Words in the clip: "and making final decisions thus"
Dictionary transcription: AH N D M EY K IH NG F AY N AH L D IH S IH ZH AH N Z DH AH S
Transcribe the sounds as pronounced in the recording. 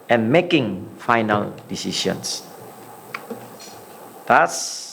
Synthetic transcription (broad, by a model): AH N M EY K IH NG F AY N AH L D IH S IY S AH N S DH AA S